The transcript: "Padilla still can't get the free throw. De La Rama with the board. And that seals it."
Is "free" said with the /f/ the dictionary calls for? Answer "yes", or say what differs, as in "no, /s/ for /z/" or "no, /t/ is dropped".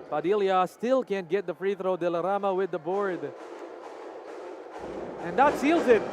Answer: yes